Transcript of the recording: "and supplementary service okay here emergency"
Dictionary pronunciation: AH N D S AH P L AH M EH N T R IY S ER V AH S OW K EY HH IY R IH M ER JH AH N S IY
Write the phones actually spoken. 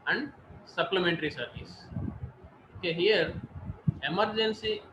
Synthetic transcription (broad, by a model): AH N D S AH P L AH M EH N T R IY S ER V AH S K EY HH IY R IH M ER JH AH N S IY